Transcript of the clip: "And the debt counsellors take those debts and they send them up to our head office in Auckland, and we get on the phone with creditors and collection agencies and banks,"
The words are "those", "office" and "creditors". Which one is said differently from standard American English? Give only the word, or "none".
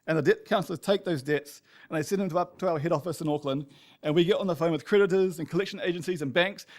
none